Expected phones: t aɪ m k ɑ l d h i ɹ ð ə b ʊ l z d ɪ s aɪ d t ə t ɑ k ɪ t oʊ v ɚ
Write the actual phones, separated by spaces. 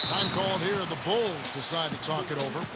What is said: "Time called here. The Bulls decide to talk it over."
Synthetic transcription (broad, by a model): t aɪ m k ɑ l d h i ɹ ð ə b ʊ l z d ɪ s aɪ d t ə t ɑ k ɪ t oʊ v ɚ